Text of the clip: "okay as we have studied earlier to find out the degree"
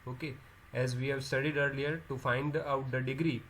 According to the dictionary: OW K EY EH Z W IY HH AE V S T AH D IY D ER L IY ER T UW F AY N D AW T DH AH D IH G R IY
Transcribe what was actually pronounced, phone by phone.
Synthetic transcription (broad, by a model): OW K EY EH Z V IY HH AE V S T AH D IY D ER L IY ER T UW F AY N D AW T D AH D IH G R IY